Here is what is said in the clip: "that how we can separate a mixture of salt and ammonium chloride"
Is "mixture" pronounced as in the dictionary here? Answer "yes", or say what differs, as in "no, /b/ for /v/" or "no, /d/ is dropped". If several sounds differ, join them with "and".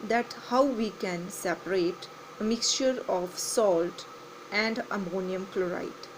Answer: yes